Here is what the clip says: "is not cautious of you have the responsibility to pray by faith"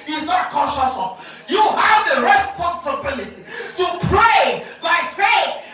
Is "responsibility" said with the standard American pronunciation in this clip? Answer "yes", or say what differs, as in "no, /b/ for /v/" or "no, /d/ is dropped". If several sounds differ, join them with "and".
yes